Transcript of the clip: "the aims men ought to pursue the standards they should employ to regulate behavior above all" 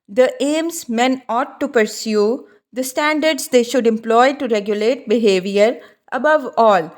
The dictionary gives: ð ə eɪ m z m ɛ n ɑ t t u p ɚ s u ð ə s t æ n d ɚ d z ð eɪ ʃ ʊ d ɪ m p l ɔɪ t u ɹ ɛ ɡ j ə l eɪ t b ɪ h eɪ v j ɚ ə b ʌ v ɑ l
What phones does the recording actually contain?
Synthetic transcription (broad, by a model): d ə eɪ m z m ɛ n ɑ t t u p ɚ s u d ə s t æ n d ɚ d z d eɪ ʃ ʊ d ɪ m p l ɔɪ t u ɹ ɛ ɡ j ə l eɪ t b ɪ h eɪ v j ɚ ə b ʌ v ɑ l